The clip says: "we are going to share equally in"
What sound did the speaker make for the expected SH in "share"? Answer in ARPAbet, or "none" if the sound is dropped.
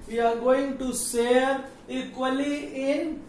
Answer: S